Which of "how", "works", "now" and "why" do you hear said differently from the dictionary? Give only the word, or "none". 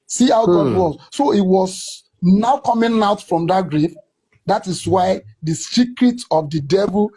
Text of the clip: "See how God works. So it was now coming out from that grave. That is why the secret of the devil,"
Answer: works